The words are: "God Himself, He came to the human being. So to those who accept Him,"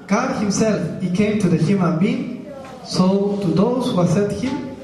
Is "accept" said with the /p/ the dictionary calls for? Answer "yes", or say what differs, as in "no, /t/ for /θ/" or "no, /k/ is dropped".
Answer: no, /p/ is dropped